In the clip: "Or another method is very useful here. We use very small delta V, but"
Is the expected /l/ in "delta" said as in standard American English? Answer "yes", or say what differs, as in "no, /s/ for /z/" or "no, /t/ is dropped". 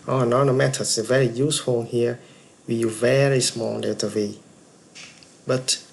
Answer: no, /l/ is dropped